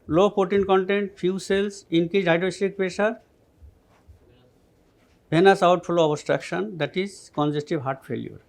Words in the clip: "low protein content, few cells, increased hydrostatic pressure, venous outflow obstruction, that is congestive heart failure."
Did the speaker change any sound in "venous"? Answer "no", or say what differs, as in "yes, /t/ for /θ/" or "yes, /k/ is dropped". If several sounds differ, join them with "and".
yes, /b/ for /v/